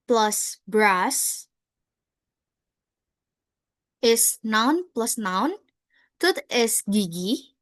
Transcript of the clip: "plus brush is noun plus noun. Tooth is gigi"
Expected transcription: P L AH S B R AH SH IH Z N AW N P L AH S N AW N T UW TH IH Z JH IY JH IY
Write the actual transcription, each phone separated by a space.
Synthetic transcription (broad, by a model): P L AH S B R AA S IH S N AW N P L AH S N AW N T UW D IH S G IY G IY